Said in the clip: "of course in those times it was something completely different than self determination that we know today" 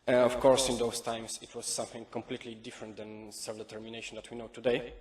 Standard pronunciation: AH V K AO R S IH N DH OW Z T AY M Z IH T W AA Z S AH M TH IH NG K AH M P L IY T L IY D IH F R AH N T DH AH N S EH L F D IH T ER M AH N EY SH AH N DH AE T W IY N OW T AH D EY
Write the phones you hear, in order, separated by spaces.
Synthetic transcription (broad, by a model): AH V K AO R S IH N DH OW S T AY M S IH T W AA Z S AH M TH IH NG K AH M P L IY T L IY D IH F R AH N T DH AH N S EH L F D IH T ER M AH N EY SH AH N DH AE T W IY N OW T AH D EY